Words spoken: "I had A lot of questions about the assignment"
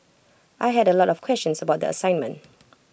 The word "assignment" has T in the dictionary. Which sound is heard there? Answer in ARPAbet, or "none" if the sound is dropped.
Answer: T